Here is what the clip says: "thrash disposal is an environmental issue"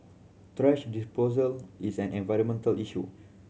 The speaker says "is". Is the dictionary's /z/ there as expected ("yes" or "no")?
no